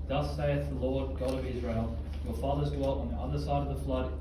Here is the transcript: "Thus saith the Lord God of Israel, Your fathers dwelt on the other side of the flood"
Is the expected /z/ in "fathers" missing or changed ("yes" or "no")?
no